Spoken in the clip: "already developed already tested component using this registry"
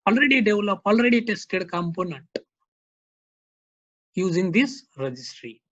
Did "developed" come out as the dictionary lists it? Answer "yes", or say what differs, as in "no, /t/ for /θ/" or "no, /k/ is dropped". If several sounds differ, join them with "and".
no, /t/ is dropped